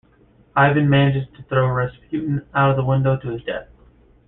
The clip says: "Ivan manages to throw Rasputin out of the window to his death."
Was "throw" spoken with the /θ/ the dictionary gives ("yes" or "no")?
yes